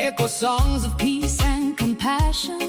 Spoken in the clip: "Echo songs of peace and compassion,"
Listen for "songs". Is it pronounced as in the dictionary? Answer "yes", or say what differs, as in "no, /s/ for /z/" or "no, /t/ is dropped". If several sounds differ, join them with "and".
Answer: yes